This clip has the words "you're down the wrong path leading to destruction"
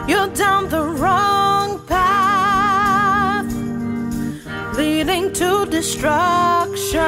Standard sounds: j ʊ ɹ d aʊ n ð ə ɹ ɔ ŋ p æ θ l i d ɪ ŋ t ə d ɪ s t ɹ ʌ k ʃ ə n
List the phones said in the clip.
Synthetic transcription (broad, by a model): j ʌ d aʊ n ð ə ɹ ɔ ŋ p æ θ l i d ɪ ŋ t ə d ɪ s t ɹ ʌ k ʃ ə